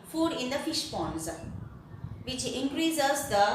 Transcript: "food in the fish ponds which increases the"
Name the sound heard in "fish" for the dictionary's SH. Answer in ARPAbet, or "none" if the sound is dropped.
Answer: SH